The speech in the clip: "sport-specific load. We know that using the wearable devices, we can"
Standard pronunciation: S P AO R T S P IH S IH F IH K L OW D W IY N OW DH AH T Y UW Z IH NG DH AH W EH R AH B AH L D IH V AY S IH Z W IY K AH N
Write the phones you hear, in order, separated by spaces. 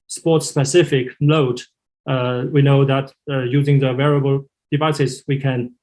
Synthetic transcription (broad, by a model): S P AO R T S P IH S IH F IH K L OW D W IY N OW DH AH T Y UW Z IH NG DH AH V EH R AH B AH L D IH V AY S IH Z W IY K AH N